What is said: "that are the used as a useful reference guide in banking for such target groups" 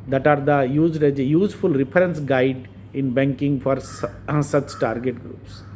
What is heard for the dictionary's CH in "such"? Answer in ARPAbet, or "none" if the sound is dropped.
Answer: CH